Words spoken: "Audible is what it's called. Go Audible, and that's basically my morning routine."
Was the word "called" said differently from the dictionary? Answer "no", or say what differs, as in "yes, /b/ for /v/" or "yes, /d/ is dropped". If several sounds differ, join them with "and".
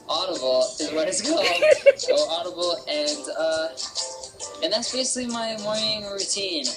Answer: yes, /l/ is dropped